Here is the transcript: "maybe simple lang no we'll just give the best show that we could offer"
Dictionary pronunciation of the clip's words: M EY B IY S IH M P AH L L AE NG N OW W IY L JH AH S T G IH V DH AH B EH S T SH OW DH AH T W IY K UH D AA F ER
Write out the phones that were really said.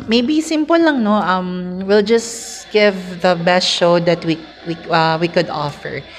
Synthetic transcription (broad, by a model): M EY B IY S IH M P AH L L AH NG N OW W IY L JH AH S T G IH V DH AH B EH S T SH OW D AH T W IY K UH D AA F ER